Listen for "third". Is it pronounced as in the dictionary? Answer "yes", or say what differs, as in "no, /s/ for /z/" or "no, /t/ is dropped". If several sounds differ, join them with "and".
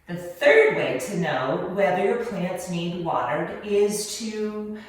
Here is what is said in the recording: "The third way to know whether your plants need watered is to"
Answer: yes